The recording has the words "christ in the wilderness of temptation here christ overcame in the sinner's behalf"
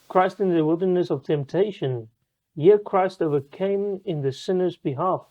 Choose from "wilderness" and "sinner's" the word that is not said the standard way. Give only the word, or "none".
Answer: none